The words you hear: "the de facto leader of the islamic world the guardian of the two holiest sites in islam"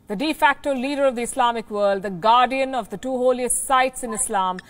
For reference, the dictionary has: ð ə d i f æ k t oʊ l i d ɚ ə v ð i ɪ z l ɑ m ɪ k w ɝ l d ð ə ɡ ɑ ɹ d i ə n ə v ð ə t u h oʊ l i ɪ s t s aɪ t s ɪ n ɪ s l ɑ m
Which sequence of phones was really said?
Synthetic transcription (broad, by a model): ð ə d i f æ k t oʊ l i d ɚ ə v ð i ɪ s l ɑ m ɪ k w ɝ l d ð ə ɡ ɑ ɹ d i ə n ə v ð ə t u h oʊ l i ɪ s t s aɪ t s ɪ n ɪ s l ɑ m